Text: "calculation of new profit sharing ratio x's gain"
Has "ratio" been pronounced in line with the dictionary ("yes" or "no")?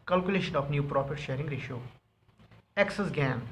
yes